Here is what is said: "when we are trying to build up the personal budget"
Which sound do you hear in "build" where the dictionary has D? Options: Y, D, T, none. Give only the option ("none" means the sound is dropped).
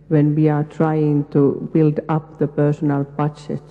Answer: D